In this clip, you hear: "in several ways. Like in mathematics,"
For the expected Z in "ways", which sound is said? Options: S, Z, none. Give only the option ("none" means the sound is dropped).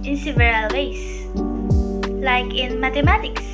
S